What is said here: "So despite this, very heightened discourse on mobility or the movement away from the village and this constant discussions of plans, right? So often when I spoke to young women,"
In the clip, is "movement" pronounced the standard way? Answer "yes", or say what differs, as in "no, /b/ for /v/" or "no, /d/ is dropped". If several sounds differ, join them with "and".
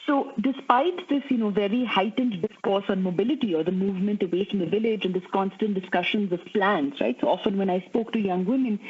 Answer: yes